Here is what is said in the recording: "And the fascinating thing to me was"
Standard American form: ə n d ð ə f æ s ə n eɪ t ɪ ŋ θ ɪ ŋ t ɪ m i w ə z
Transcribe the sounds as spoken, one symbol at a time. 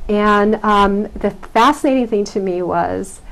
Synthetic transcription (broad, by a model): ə n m ð ə f æ s ə n eɪ t ɪ ŋ θ ɪ ŋ t ɪ m i w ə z